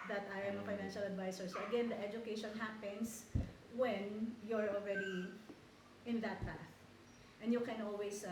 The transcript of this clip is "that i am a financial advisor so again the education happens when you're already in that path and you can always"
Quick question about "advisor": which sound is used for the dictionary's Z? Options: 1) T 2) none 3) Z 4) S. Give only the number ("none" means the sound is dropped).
4